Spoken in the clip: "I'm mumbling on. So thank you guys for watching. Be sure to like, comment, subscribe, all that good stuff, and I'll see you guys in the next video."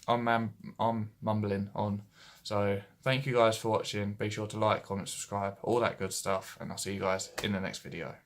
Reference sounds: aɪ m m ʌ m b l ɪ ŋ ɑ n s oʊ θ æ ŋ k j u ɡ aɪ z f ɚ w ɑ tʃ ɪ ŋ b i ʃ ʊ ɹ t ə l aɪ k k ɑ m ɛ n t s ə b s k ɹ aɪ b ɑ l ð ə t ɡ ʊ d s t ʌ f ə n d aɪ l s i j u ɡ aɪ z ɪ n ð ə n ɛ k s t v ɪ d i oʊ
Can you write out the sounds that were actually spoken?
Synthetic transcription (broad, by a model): aɪ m m ʌ m b l ɪ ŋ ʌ n s oʊ θ æ ŋ k j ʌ ɡ aɪ z f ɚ w ɑ tʃ ɪ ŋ b i ʃ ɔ t ə l aɪ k k ɑ m ɛ n t s ə b s k ɹ aɪ b ɑ l ð ə t ɡ ʊ d s t ʌ f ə n aɪ l s i j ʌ ɡ aɪ z ɪ n ð ə n ɛ k s t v ɪ d i oʊ